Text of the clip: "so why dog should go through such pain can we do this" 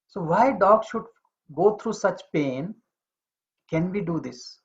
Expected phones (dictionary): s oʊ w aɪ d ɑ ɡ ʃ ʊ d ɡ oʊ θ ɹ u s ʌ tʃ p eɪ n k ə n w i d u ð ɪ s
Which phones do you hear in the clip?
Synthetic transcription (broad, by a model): s oʊ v aɪ d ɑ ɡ ʃ ʊ d ɡ oʊ t ɹ u s ʌ tʃ p eɪ n k ə n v i d u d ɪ s